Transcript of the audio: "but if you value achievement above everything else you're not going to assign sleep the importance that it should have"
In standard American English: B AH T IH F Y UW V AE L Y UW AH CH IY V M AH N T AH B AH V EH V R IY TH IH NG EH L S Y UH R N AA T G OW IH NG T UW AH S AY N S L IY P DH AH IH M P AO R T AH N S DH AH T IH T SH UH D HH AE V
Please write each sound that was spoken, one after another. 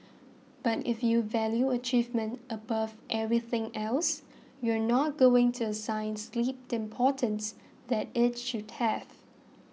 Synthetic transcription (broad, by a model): B AH T IH F Y UW V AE L Y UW AH CH IY V M AH N T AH B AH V EH V R IY TH IH NG EH L S Y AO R N AA T G OW IH NG T UW AH S AY N S L IY P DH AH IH M P AO T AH N S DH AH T IH T SH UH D HH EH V